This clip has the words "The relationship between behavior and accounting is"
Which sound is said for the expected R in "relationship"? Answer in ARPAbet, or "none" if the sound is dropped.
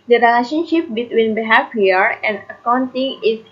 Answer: R